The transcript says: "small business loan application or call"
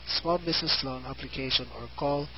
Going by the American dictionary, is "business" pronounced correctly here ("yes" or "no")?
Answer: no